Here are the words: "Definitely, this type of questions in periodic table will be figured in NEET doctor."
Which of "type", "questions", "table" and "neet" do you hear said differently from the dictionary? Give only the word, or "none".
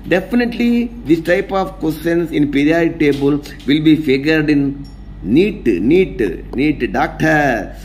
questions